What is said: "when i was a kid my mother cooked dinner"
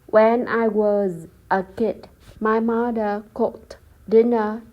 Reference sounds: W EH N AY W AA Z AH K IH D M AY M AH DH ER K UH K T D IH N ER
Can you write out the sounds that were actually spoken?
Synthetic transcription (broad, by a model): W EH N AY W AA Z AH K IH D M AY M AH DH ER K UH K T D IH N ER